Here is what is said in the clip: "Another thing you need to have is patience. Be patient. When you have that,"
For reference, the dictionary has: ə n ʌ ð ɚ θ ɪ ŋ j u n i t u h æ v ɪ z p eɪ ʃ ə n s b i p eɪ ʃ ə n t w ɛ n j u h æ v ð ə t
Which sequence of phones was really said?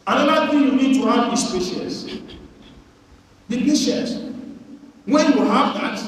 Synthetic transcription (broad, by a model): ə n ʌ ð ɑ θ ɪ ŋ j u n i t u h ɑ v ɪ s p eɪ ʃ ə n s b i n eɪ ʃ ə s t w ɛ n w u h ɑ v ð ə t